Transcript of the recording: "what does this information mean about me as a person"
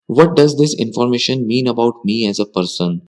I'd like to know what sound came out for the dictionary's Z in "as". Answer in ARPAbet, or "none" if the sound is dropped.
Z